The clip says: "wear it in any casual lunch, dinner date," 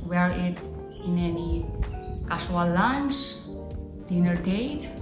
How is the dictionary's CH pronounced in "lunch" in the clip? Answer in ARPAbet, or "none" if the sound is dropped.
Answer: S